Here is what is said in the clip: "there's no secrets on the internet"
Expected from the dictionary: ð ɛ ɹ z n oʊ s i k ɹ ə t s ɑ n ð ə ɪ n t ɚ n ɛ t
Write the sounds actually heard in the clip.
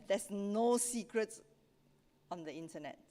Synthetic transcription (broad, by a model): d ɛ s n oʊ s i k ɹ ə t s ɑ n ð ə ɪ n t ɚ n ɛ t